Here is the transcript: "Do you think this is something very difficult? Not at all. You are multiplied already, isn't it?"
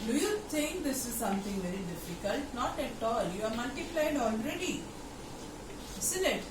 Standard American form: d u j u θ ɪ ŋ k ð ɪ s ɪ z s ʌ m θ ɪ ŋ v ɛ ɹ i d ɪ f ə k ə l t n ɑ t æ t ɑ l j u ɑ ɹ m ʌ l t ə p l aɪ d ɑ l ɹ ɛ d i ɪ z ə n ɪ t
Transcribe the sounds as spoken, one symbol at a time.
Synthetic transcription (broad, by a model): d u j u t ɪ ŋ k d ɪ s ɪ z s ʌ m t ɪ ŋ v ɛ ɹ i d ɪ f ə k ə l t n ɑ t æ t ɑ l j u ɑ ɹ m ʌ l t ə p l aɪ d ɑ l ɹ ɛ d i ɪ s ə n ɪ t